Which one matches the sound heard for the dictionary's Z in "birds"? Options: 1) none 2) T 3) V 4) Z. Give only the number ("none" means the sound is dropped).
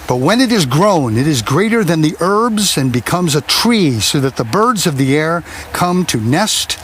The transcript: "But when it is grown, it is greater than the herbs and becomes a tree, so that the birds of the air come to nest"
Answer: 4